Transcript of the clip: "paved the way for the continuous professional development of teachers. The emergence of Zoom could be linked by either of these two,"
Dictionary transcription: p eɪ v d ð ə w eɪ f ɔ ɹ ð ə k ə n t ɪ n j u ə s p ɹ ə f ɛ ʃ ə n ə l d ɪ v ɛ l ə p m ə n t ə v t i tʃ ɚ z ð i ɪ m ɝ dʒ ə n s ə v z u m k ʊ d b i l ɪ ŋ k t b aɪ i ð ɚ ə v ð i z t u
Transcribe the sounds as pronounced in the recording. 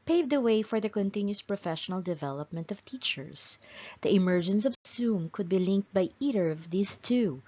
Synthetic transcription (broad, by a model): p eɪ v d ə w eɪ f ɔ ɹ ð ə k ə n t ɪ n j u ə s p ɹ ə f ɛ ʃ ə n ə l d ɪ v ɛ l ə p m ə n t ə v t i tʃ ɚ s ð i ɪ m ɝ dʒ ə n s ə v s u m k ʊ d b i l ɪ ŋ k t b aɪ i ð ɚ ə v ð i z t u